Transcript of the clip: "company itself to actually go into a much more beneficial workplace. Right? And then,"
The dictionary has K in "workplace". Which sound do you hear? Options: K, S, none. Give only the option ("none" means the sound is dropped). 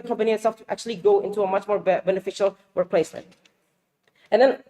none